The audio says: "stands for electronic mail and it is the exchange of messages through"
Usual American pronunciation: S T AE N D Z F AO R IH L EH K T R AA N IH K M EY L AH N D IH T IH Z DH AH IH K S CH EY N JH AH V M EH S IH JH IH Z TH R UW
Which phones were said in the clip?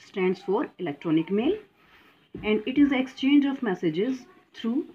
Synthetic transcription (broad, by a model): S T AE N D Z F AO R IH L EH K T R AA N IH K M EY L AH N D IH T IH Z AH K S CH EY N JH AH V M EH S IH JH IH Z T R UW